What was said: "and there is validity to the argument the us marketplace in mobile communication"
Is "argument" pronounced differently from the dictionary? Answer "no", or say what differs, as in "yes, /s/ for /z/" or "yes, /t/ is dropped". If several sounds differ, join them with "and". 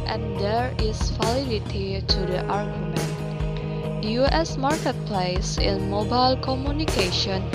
no